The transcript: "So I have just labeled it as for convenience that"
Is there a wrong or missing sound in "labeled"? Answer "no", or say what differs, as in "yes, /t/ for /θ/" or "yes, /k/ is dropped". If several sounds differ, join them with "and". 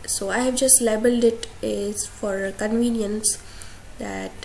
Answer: no